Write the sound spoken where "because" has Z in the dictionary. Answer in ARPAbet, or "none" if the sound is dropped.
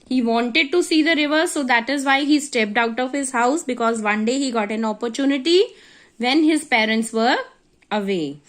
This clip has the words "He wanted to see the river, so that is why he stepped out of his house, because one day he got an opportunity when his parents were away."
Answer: Z